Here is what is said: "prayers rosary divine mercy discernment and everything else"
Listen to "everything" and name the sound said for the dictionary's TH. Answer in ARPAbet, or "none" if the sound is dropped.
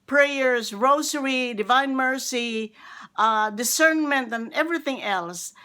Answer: TH